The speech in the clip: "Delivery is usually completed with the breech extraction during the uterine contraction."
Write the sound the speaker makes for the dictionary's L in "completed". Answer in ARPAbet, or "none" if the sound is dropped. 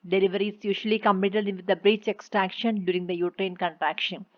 none